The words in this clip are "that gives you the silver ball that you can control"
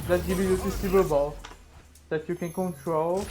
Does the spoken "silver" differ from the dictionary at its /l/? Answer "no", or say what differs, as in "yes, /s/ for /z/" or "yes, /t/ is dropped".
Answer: yes, /l/ is dropped